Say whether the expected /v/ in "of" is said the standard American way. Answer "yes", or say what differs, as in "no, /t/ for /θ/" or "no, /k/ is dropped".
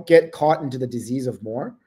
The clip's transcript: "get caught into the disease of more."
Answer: yes